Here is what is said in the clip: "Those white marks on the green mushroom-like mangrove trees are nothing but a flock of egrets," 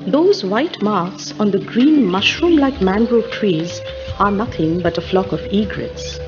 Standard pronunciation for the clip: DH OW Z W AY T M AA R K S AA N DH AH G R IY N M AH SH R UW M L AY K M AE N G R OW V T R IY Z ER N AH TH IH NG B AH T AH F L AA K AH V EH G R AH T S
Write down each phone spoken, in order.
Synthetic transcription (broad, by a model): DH OW Z W AY T M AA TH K S AA N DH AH G R IY N M AH SH R UW M L AY K M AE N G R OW T R IY Z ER N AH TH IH NG B AH T AH F L AA K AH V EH G R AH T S